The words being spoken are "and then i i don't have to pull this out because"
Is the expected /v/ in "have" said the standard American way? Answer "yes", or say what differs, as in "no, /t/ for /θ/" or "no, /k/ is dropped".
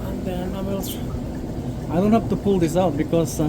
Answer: no, /f/ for /v/